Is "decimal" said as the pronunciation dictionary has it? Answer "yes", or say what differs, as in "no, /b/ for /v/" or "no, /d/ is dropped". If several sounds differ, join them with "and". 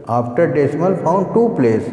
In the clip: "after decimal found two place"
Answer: yes